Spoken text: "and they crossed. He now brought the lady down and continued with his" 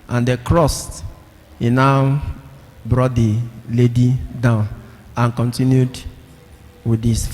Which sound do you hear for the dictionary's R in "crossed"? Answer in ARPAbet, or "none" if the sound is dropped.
R